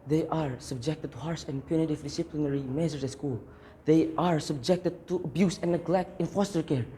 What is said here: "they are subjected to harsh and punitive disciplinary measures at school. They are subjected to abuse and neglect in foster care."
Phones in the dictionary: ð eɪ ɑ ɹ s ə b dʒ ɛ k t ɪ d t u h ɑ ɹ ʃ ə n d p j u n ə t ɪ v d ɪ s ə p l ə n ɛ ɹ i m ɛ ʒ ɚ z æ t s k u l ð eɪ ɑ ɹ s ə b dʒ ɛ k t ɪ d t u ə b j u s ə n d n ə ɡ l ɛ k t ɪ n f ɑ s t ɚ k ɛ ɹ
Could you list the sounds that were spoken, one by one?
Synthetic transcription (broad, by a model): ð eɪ ɑ ɹ s ə b dʒ ɛ k t ɪ d t u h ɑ ɹ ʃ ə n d p j u n ə t ɪ v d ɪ s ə p l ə n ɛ ɹ i m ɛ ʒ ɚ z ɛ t s k u l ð eɪ ɑ ɹ s ə b dʒ ɛ k t ɪ d t u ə b j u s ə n n ə ɡ l ɛ k t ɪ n f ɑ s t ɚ k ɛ ɹ